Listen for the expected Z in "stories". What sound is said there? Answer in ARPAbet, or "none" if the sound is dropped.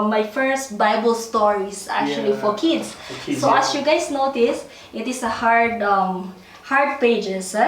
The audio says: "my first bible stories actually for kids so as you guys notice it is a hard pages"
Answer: S